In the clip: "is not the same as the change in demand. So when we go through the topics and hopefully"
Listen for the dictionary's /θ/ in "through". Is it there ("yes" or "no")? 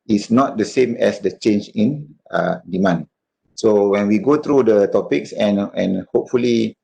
no